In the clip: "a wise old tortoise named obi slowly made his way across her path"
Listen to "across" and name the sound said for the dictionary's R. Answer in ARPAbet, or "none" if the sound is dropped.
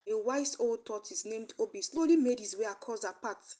none